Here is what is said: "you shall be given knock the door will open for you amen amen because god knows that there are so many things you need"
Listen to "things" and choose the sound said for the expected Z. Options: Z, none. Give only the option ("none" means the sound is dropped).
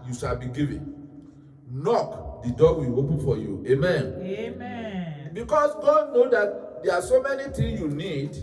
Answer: none